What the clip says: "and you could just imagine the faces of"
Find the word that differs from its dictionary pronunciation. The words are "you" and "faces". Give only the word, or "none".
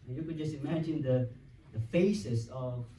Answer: faces